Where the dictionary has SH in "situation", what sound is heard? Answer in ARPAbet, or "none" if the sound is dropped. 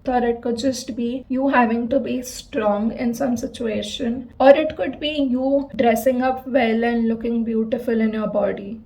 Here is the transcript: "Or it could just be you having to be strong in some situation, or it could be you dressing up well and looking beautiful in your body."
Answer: SH